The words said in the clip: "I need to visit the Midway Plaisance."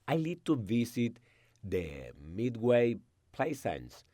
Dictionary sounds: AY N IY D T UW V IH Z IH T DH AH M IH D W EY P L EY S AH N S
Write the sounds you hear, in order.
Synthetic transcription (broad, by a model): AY L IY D T UW V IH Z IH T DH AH M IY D W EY P L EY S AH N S